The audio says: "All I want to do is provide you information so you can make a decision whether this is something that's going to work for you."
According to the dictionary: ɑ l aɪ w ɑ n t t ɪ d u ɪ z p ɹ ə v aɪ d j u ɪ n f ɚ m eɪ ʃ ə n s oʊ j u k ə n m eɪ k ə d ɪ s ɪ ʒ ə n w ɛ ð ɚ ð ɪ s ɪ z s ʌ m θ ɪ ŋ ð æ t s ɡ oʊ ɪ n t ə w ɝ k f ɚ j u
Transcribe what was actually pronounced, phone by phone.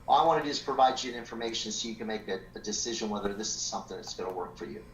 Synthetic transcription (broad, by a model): ɑ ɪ w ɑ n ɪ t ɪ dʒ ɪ s p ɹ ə v aɪ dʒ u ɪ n f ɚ m eɪ ʃ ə n s oʊ j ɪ k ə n m eɪ k ə d ɪ s ɪ ʒ ə n w ɛ ð ɚ ð ɪ s ɪ z s ʌ m θ ɪ ŋ ð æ t s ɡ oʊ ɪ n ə w ɝ k f ɚ j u